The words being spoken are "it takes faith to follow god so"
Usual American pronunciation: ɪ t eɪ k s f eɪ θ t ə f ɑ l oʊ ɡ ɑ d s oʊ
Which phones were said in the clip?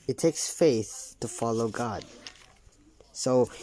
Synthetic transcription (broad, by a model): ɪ t eɪ k s f eɪ θ t ə f ɑ l oʊ ɡ ɑ d s oʊ